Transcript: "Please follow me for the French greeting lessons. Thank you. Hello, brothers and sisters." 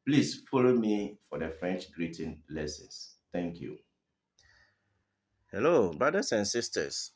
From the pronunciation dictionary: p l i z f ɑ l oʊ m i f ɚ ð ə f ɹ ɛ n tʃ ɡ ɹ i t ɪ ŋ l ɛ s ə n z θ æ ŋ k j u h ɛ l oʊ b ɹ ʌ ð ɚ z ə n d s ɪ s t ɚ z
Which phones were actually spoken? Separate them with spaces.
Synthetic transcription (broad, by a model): p l i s f ɑ l oʊ m i f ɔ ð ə f ɹ ɛ n tʃ ɡ ɹ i t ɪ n l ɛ s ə n s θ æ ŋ k j u h ɛ l oʊ b ɹ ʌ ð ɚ s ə n s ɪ s t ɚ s